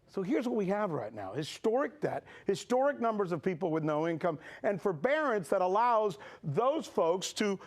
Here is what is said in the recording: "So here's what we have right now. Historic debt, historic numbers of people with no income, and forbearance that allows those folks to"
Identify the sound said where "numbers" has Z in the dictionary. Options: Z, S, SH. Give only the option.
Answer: Z